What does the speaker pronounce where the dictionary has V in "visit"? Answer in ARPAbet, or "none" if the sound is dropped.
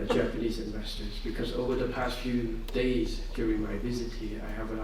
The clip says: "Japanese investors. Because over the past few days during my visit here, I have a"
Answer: V